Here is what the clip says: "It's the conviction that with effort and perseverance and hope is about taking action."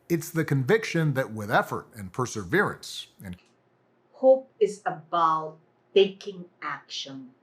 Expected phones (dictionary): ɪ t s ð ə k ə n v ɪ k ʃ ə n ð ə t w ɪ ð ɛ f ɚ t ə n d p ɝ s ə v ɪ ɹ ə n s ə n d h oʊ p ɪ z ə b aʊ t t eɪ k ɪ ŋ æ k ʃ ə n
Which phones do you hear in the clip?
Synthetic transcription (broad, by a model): ɪ t s ð ə k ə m v ɪ k ʃ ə n ð ə t w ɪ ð ɛ f ɚ t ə n p ɝ s ə v ɪ ɹ ə n s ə n h oʊ p ɪ z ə b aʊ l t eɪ k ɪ ŋ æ k ʃ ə n